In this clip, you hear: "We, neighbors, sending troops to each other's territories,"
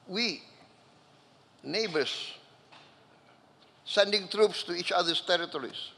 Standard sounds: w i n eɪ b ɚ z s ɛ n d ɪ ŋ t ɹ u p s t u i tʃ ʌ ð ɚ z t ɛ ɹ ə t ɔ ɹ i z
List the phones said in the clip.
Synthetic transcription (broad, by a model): w i n eɪ b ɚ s s ɛ n d ɪ ŋ t ɹ u p s t u i tʃ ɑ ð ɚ s t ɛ ɹ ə t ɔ ɹ i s